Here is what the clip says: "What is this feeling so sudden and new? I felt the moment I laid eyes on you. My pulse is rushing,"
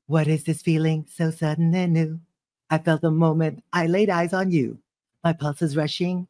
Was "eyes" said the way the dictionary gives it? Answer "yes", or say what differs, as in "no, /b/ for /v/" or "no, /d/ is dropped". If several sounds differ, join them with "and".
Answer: yes